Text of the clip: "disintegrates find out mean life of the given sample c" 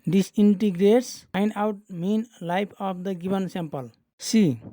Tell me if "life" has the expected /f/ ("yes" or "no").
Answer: no